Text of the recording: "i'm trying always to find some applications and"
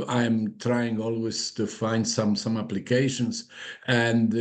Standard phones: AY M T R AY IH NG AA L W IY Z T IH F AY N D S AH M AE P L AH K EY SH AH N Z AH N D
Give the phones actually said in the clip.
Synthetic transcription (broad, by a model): AY M T R AY IH NG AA L W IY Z T IH F AY N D S AH M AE P L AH K EY SH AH N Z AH N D